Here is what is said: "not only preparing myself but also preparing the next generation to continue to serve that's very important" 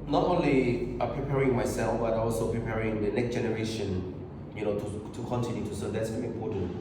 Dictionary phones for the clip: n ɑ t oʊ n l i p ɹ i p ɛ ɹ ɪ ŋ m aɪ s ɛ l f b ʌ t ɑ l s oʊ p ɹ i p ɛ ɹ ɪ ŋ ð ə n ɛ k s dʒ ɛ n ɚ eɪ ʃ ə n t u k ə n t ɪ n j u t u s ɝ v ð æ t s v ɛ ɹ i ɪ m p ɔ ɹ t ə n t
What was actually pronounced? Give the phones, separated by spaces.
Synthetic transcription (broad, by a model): n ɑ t oʊ n l i p ɹ i p ɛ ɹ ɪ ŋ m aɪ s ɛ l f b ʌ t ɑ l s oʊ p ɹ i p ɛ ɹ ɪ ŋ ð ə n ɛ k s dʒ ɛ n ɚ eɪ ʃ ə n t u k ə n t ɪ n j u t u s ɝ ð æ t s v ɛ l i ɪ m p ɔ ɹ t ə n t